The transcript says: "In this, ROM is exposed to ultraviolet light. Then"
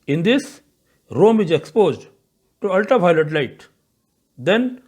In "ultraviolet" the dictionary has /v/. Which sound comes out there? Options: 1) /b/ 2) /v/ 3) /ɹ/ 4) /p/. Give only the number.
4